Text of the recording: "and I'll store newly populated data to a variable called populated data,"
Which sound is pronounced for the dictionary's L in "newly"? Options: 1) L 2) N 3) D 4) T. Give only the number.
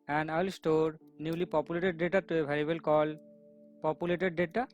1